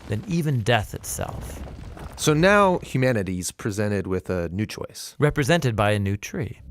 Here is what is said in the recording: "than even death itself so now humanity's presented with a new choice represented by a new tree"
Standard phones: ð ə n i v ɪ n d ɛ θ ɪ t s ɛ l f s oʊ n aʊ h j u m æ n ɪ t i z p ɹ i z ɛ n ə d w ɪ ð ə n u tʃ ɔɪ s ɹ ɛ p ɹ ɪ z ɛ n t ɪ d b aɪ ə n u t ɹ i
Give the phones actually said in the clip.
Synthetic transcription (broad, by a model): ð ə n i v ɪ n d ɛ θ ɪ t s ɛ l f s oʊ n aʊ h j u m æ n ɪ t i z p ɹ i z ɛ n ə d w ɪ ð ə n u tʃ ɔɪ s ɹ ɛ p ɹ ɪ z ɛ n t ɪ d b aɪ ə n u t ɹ i